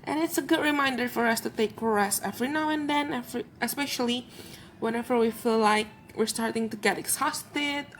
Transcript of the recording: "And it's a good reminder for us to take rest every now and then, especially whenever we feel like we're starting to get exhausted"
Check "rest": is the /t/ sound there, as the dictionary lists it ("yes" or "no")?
no